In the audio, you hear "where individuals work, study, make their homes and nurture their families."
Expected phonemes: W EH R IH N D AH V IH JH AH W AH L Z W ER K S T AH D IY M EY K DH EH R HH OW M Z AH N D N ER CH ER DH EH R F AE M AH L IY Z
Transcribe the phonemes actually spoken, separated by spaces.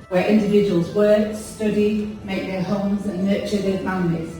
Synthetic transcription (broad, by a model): W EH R IH N D AH V IH JH AH W AH L Z W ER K S T AH D IY M EY K DH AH HH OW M Z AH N N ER CH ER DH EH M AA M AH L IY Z